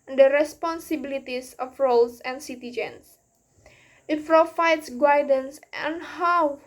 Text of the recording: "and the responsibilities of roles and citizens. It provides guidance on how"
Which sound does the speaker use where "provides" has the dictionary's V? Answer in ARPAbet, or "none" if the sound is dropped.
F